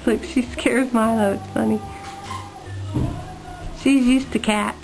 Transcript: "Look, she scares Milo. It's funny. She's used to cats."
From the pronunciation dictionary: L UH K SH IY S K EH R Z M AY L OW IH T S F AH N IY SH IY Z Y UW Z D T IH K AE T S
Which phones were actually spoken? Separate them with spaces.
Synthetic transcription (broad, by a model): L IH K SH IY S K EH R Z M AY L OW IH T S F AH N IY SH IY Z Y UW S T IH K AE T